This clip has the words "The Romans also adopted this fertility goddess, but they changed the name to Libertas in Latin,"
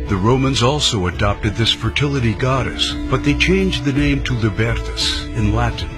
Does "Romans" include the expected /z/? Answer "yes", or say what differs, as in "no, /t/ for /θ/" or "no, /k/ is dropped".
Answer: yes